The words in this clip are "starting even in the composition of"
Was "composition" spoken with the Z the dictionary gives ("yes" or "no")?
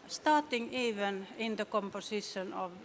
no